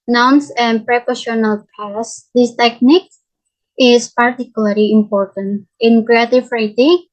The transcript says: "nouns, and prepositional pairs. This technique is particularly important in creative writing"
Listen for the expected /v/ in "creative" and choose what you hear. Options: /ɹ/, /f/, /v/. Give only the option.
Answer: /f/